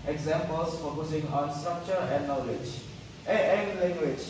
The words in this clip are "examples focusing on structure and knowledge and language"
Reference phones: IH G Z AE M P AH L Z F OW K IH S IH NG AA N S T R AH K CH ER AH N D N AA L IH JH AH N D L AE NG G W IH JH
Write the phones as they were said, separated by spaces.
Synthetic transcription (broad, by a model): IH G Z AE M P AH L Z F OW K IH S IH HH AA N S T R AH K CH ER AH N D N AA L IH JH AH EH L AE NG G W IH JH